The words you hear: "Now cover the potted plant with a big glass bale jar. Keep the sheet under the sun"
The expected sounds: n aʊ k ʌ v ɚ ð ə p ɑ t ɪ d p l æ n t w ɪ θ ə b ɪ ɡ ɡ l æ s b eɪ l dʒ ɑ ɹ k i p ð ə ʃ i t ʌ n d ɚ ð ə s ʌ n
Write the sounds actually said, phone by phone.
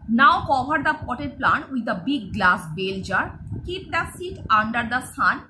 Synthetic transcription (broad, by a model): n aʊ k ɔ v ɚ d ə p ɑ t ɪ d p l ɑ n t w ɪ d ə b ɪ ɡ ɡ l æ s b eɪ l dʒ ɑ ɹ k i p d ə s i t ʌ n d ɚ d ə s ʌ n